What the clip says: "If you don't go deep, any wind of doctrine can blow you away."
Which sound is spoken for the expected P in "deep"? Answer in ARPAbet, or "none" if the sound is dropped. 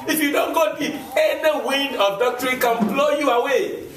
none